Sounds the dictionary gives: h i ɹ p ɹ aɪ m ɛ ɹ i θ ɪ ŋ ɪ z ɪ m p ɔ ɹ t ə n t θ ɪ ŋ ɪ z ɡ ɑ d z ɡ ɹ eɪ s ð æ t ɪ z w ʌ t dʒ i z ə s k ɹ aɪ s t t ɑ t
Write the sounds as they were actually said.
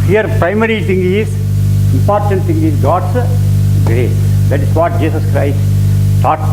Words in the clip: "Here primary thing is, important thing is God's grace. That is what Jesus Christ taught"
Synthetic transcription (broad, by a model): h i ɹ p ɹ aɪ m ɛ ɹ i t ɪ ŋ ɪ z ɪ m p ɔ ɹ t ə n t t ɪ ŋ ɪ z ɡ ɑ d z ɡ ɹ eɪ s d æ t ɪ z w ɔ t dʒ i s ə s k ɹ aɪ s t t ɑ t